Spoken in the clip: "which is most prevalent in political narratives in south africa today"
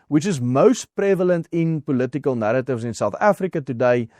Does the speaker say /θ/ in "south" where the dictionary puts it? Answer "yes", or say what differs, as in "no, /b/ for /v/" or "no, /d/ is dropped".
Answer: yes